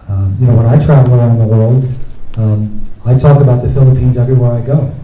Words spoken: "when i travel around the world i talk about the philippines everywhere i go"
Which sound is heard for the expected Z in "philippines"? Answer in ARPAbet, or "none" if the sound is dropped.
Z